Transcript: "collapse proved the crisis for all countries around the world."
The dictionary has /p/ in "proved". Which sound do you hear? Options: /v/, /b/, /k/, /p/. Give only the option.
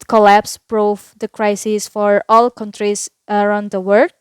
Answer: /b/